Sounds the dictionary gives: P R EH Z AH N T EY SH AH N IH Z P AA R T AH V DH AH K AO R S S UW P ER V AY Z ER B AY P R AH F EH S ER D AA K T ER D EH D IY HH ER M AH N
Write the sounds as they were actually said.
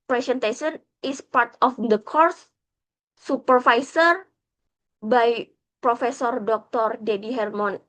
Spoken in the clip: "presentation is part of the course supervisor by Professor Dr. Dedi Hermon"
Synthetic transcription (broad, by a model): P R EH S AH N T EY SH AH N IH S P AA R T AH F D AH K AO R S S UW P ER F AY S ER B AY P R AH F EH S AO D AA K T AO D EH D IY HH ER M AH N